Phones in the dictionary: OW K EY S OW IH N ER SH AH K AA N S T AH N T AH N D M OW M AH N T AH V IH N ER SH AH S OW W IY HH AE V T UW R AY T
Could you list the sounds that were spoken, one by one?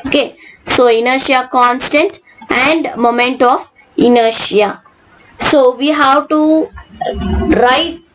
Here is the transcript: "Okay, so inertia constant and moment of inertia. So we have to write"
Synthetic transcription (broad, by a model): OW K EY S OW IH N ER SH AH K AA N S T AH N T AH N D M OW M AH N T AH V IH N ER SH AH S OW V IY HH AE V T UW R AY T